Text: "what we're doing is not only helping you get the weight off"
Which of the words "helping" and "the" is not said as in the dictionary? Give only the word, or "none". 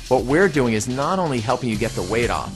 none